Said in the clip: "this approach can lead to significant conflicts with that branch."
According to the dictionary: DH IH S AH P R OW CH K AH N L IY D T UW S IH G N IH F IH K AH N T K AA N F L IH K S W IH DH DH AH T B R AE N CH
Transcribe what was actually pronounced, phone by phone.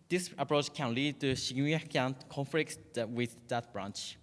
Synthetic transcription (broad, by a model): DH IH S AH P R OW CH K AH N L IY D T UW SH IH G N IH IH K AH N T K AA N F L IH K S W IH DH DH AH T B R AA N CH